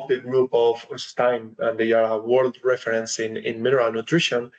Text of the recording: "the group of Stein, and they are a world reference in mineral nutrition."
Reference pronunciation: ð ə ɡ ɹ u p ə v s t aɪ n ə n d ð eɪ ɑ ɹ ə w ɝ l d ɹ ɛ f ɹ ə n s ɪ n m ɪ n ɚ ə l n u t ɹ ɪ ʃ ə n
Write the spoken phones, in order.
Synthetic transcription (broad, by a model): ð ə ɡ ɹ u p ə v s t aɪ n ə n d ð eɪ ɑ ɹ ə w ɝ l d ɹ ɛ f ɹ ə n s ɪ n m ɪ n ɚ ə l n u t ɹ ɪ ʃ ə n